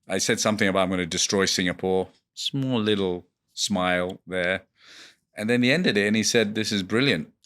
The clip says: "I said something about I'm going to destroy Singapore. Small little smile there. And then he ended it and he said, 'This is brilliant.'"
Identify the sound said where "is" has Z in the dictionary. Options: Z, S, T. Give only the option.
Z